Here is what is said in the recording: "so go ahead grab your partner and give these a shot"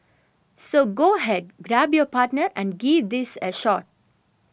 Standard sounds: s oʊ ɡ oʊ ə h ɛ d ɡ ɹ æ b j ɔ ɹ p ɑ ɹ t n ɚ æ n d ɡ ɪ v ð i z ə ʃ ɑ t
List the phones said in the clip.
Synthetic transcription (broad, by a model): s oʊ ɡ oʊ ə h ɛ d ɡ ɹ æ b j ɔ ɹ p ɑ ɹ t n ɚ æ n d ɡ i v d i s ə ʃ ɑ t